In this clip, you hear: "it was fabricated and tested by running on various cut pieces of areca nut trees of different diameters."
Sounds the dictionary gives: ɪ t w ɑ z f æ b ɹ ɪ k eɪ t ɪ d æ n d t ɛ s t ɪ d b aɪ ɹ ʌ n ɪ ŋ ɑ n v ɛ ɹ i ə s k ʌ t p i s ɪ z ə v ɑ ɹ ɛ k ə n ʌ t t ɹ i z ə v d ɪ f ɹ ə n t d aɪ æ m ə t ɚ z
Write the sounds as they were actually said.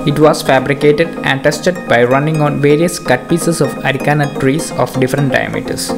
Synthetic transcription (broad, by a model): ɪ t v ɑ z f æ b ɹ ɪ k eɪ t ɪ d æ n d t ɛ s t ɪ d b aɪ ɹ ʌ n ɪ ŋ ɑ n v ɛ ɹ i ə s k ʌ t p i s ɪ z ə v ɑ ɹ ɛ k ə n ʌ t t ɹ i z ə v d ɪ f ɹ ə n t d aɪ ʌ m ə t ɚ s